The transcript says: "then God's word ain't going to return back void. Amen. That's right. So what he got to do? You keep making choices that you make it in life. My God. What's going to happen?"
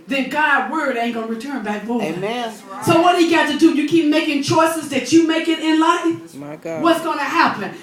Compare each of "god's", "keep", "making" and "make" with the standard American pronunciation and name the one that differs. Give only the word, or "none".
god's